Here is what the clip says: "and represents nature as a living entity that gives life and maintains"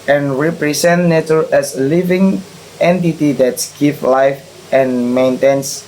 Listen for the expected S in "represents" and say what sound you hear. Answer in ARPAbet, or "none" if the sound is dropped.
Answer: none